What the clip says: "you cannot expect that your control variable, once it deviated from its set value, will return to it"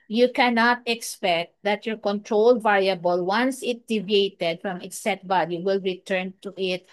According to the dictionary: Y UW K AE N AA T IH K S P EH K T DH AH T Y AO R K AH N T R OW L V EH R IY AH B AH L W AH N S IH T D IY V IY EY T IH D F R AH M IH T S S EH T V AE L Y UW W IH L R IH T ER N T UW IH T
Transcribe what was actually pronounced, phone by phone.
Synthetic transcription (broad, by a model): Y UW K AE N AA T IH K S P EH K T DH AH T Y AO R K AH N T R OW L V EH R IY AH B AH L W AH N S IH T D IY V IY EY T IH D F R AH M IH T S S EH T B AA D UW W IH L R IH T ER N T UW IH T